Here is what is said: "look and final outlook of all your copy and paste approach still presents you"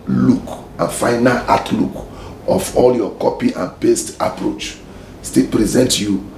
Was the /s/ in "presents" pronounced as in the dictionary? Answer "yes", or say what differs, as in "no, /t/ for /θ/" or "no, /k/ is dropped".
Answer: no, /s/ is dropped